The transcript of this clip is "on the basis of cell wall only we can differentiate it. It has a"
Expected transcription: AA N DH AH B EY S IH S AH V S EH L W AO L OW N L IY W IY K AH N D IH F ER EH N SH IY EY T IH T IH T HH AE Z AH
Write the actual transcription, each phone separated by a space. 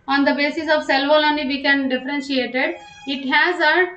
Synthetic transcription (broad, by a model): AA N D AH B EY S IH S AH V S EH L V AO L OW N IY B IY K AH N D IH F ER EH N SH IY EY T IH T IH T HH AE Z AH